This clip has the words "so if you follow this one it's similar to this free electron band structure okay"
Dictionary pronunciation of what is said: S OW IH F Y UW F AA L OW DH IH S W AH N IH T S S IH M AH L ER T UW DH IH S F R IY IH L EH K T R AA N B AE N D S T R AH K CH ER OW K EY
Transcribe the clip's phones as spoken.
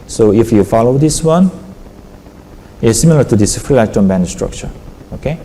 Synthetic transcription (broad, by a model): S OW IH F Y UW F AA L OW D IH S W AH N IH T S S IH M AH L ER T UW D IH S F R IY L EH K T AA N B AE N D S T R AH K CH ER OW K EY